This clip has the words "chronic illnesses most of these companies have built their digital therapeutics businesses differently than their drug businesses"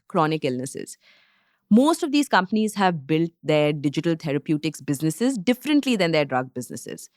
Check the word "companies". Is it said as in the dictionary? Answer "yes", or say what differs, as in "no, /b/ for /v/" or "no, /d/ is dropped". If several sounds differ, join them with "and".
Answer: yes